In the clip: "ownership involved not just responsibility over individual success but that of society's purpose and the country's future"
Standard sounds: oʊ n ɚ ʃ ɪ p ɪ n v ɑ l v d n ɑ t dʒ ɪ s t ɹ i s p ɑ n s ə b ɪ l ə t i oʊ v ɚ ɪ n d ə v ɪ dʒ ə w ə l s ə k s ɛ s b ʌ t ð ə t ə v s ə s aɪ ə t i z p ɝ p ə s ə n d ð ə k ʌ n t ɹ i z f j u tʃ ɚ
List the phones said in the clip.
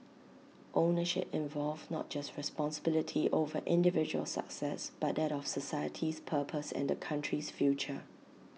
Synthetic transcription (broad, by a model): oʊ n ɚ ʃ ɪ p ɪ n v ɑ l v n ɑ t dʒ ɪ s t ɹ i s p ɑ n s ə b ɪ l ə t i oʊ v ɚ ɪ n d ə v ɪ dʒ ə w ə l s ə k s ɛ s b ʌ t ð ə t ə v s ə s aɪ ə t i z p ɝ p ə s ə n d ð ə k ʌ n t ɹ i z f j u tʃ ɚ